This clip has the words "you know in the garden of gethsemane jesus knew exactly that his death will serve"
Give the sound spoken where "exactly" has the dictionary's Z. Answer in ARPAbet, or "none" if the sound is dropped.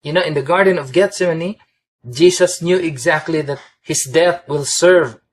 Z